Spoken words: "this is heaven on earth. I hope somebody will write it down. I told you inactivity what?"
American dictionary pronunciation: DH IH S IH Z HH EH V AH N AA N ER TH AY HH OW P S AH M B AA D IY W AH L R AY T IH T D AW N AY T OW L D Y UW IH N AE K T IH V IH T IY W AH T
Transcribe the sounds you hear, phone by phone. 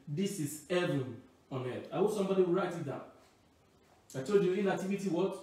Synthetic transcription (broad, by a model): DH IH S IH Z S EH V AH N AA N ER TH AY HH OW S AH M B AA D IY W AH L R AY T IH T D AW AY T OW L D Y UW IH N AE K T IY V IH T IY W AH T